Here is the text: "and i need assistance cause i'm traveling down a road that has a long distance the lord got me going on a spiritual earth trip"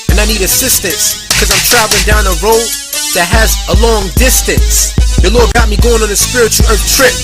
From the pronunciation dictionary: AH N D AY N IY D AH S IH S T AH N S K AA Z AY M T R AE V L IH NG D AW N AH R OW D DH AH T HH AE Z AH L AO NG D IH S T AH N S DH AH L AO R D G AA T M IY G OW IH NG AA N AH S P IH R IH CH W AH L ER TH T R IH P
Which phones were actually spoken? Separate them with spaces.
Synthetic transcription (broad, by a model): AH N AY N IY D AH S IH S T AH N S K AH Z AY M T R AE V L IH NG D AW N AH R OW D DH AH T HH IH Z AH L AO NG D IH S T AH N S DH AH L AO R D G AA T M IY G OW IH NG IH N AH S P IH R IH CH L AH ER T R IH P